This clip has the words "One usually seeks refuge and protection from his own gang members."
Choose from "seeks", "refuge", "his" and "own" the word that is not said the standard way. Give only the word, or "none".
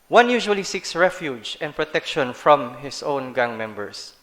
his